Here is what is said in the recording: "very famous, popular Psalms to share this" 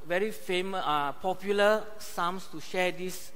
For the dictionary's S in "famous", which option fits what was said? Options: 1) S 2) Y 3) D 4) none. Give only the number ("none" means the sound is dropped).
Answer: 4